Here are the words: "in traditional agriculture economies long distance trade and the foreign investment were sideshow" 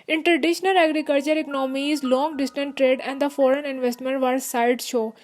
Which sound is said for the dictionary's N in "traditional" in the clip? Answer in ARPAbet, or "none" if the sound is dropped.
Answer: N